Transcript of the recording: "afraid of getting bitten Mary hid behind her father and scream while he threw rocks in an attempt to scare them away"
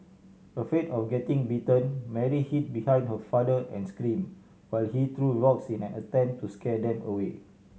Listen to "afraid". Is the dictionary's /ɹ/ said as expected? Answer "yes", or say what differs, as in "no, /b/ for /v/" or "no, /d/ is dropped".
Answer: no, /ɹ/ is dropped